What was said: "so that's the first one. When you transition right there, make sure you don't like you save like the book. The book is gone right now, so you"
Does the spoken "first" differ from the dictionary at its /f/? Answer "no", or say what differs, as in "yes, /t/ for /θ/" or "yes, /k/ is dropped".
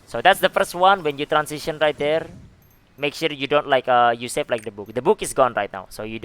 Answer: no